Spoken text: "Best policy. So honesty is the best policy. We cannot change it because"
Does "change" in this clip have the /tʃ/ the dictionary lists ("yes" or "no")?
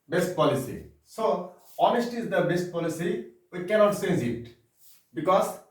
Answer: no